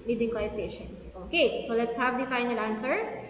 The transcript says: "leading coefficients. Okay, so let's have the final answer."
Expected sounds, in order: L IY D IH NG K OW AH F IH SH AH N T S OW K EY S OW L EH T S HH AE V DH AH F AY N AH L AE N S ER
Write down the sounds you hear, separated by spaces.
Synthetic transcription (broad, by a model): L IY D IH NG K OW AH P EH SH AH N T S OW K EY S OW L EH T S HH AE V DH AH F AY N AH L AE N S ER